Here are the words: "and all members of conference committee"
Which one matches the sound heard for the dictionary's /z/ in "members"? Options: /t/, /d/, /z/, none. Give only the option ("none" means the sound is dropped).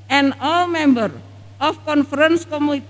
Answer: none